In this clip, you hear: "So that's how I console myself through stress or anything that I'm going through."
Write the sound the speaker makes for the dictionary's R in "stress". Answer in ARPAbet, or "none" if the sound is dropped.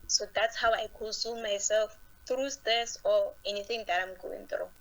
none